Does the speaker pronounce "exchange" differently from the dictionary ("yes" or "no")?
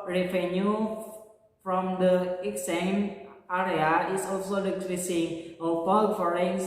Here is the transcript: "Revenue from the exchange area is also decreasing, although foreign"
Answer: yes